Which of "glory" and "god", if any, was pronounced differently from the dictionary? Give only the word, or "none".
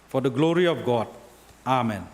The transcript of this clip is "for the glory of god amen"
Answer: none